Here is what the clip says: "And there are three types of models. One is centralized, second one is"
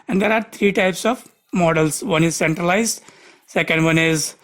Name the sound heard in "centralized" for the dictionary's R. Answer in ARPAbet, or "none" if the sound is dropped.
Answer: R